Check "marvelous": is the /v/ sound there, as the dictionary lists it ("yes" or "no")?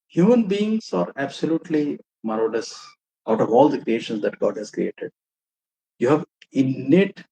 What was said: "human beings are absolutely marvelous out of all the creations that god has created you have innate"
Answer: no